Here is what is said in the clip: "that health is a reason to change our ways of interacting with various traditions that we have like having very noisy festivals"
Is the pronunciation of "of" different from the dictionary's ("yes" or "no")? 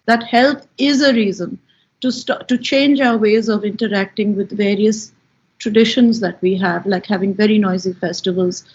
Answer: no